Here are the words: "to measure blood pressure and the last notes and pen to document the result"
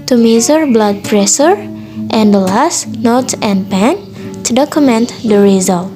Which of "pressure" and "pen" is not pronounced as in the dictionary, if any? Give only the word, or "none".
pressure